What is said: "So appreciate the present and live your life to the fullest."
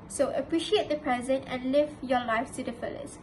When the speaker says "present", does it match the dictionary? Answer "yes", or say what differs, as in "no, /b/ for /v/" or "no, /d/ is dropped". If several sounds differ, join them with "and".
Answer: yes